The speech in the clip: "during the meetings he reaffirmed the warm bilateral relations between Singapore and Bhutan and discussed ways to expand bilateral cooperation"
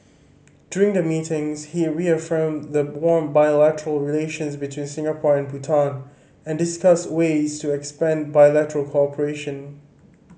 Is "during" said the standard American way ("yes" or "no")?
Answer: yes